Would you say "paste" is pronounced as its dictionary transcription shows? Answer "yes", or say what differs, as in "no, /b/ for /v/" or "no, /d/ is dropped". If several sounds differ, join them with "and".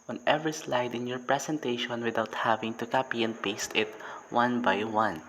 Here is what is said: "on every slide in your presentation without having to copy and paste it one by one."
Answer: yes